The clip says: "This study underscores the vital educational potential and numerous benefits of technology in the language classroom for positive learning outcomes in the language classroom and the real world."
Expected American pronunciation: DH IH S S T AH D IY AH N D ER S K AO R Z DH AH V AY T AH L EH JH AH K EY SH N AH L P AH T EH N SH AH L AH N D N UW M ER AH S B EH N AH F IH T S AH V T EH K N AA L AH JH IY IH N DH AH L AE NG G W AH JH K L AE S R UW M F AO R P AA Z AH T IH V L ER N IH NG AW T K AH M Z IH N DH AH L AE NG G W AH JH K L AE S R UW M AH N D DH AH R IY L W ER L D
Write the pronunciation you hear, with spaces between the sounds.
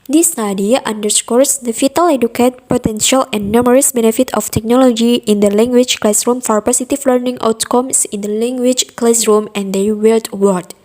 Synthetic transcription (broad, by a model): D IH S S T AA D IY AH N D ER S K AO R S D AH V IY T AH L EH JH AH K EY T P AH T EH N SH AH L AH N N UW M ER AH S B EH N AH F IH T AH F T EH K N AA L AH JH IY IH N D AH L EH NG G W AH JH K L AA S R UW M F AO R P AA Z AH T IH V L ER N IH NG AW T K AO M S IH N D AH L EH NG G W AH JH K L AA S R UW M AH N D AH W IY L W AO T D